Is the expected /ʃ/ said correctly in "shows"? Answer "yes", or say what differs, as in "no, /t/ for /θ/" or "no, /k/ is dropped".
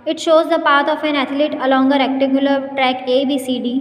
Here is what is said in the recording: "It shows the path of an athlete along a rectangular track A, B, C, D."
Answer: yes